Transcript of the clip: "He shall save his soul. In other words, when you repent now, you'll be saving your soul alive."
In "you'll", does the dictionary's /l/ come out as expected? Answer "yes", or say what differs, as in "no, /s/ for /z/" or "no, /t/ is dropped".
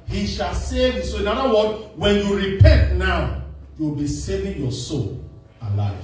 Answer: no, /w/ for /l/